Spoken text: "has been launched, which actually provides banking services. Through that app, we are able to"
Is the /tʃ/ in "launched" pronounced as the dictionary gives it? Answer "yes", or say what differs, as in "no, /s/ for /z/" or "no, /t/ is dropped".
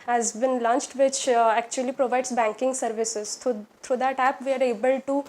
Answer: yes